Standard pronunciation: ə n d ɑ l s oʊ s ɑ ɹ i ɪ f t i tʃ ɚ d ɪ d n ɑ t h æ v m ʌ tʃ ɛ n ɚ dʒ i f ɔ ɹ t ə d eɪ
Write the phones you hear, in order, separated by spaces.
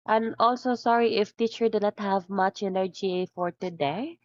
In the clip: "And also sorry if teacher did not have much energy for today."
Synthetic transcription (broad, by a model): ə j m ɑ l s oʊ s ɑ ɹ i ɪ f t i tʃ ɚ d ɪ n ɑ t h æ v m ʌ tʃ ɛ n ɚ dʒ i f ɔ ɹ t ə d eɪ